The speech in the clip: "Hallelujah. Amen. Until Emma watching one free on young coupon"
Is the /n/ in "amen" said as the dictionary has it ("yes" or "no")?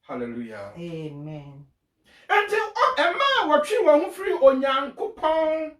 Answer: yes